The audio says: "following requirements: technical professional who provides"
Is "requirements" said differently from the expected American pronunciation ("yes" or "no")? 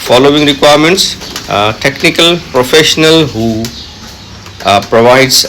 no